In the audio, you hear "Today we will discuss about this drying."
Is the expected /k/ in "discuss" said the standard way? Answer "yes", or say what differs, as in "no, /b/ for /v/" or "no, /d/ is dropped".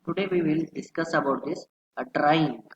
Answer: yes